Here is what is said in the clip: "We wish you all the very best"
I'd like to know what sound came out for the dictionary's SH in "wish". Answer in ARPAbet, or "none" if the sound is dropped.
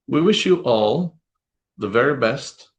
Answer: SH